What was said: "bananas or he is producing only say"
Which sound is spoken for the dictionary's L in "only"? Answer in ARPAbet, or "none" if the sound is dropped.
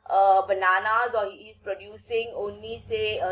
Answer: none